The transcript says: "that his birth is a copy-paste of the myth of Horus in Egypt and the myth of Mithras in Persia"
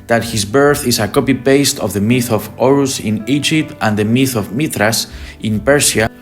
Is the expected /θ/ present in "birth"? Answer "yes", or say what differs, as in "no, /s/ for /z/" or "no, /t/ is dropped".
yes